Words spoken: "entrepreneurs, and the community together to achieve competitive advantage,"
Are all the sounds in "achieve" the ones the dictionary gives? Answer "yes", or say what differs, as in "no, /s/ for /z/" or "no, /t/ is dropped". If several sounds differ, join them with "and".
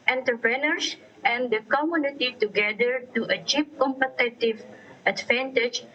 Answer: no, /p/ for /v/